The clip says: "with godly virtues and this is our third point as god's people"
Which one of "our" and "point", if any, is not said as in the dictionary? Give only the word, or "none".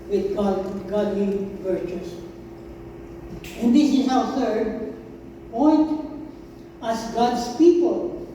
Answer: our